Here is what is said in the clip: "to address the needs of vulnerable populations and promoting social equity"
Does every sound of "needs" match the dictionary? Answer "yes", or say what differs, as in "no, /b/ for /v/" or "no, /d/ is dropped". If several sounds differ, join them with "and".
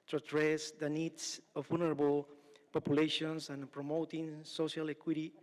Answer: no, /s/ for /z/